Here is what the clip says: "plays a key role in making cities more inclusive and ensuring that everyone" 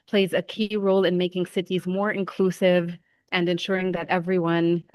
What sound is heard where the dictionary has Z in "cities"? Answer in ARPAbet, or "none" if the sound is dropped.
Z